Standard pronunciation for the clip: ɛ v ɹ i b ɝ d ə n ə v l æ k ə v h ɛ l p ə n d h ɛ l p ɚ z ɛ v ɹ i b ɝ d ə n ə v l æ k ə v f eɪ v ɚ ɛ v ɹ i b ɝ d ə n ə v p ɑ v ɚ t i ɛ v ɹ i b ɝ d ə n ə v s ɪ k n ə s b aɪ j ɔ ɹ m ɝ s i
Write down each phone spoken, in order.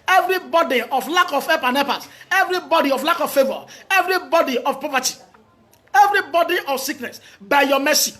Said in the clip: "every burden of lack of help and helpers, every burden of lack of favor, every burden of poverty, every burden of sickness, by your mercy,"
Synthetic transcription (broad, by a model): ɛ v ɹ i b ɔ d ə ə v l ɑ k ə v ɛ p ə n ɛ p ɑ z ɛ v ɹ i b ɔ d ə ə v l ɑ k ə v f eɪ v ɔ ɛ v ɹ i b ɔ d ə ə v p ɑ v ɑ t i ɛ v ɹ i b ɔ d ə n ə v s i k n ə s b aɪ j ɔ m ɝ s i